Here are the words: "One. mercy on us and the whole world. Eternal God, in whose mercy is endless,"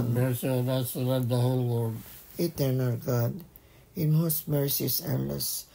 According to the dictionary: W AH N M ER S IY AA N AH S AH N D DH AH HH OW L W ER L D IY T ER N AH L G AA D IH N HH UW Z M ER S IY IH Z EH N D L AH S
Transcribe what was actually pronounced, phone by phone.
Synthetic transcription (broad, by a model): M ER S IY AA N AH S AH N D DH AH HH OW L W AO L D IY T ER N AH L G AA D IH N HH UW S M ER S IY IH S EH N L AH S